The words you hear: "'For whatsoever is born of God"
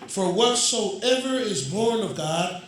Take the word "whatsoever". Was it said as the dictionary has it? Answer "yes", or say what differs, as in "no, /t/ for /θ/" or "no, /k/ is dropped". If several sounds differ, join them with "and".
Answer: yes